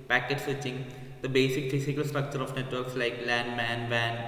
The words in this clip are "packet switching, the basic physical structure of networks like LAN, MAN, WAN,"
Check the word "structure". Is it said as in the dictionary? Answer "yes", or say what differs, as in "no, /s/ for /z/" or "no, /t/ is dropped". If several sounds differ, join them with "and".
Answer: yes